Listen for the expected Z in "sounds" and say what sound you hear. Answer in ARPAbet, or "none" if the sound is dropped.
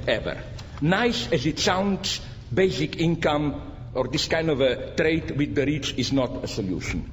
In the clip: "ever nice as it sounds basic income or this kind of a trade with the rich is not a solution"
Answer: S